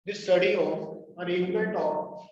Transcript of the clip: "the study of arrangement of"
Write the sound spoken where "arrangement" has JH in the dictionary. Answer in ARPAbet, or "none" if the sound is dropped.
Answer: none